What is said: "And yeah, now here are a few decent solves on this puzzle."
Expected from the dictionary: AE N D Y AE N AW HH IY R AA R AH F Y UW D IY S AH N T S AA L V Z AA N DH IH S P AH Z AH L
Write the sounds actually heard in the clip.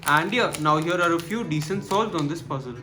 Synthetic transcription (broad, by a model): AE N D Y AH N AW HH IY R AA R AH F Y UW D IY S AH N T S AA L Z AA N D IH S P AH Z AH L